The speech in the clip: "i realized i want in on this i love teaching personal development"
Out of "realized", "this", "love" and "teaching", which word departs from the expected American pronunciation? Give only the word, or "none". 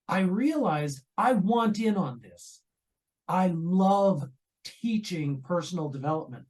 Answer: none